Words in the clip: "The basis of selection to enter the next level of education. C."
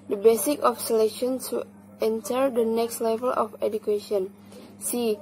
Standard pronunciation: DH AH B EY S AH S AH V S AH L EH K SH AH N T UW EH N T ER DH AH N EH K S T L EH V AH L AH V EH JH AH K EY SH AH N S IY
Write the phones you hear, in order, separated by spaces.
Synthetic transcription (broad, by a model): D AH B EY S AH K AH F S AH L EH K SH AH N S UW EH N T ER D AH N EH K S T L EH V AH L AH F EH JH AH K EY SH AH N S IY